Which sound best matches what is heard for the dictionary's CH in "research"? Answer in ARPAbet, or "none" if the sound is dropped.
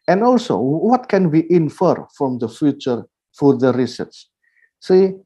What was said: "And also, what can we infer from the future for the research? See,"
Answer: S